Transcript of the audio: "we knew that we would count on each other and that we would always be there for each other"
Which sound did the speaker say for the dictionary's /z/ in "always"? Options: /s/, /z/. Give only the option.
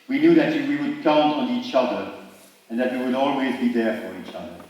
/z/